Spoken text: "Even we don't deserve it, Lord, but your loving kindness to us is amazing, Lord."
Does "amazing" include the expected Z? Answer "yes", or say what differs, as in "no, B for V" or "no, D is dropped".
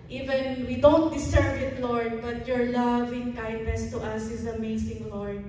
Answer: no, S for Z